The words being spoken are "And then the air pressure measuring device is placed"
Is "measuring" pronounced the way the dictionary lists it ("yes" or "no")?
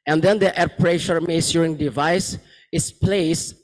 no